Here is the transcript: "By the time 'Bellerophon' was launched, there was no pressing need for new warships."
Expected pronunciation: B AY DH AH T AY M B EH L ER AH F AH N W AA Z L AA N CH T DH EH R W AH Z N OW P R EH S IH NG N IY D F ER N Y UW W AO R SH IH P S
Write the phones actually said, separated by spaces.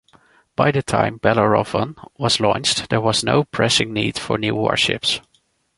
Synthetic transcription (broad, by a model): B AY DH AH T AY M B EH L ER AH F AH N W AA Z L AA N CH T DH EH R W AH Z N OW P R EH S IH NG N IY D F ER N Y UW W AO R SH IH P S